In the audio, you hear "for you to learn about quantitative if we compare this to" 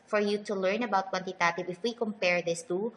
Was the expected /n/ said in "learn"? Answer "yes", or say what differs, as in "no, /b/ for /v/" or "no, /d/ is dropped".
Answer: yes